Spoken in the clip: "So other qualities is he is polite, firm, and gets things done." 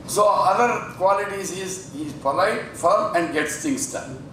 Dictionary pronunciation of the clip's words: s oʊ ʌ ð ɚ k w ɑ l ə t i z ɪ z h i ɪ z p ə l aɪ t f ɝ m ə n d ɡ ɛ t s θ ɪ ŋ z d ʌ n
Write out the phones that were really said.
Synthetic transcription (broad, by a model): s oʊ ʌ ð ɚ k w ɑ l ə t i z ɪ z h i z p ə l aɪ t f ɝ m ə n d ɡ ɛ t s t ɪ ŋ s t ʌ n